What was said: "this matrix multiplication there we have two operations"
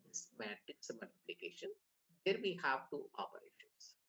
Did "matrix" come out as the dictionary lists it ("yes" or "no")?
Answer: no